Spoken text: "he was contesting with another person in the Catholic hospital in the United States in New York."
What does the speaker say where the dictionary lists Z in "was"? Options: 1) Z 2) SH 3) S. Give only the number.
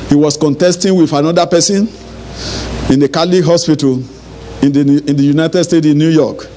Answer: 3